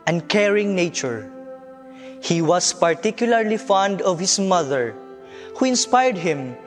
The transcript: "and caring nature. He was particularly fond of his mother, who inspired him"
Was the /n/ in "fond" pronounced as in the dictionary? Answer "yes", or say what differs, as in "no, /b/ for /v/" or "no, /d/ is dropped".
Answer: yes